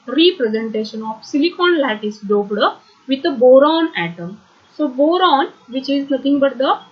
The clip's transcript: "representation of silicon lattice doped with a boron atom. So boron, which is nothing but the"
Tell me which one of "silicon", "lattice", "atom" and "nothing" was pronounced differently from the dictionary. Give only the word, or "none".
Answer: nothing